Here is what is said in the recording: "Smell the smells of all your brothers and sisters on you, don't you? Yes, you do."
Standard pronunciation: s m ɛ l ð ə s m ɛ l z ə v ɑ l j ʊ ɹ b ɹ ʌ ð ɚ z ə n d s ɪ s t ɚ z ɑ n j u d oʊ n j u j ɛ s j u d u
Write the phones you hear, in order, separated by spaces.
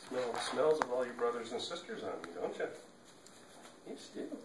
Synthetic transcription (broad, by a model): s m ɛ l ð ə s m ɛ l z ə v ɑ l j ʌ ɹ b ɹ ʌ ð ɚ z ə n s ɪ s t ɚ z n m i d oʊ n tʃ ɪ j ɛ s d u